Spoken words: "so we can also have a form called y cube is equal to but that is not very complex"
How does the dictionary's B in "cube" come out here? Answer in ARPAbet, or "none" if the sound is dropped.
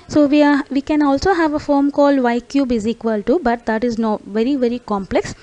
B